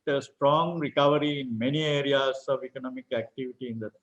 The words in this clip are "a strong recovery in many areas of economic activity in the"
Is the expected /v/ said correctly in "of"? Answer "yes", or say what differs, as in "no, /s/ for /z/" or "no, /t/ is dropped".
yes